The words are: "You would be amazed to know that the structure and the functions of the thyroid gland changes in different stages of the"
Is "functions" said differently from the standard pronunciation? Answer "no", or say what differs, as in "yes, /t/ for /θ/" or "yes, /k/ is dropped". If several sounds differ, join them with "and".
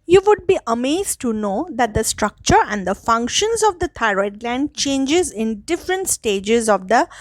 no